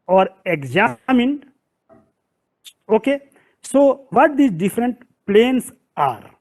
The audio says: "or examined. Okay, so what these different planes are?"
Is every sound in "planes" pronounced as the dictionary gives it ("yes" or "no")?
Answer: no